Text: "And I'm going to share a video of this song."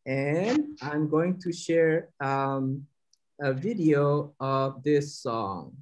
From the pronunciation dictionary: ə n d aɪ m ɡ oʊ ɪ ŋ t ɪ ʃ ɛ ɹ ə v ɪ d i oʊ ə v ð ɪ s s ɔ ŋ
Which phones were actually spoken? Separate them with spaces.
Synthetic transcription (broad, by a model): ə n aɪ m ɡ oʊ ɪ ŋ t ɪ ʃ ɛ ɹ ə v ɪ d i oʊ ə v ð ɪ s s ɔ ŋ